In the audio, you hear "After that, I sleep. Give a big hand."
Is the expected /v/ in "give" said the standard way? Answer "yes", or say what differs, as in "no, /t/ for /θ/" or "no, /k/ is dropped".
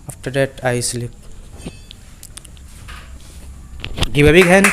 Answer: no, /b/ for /v/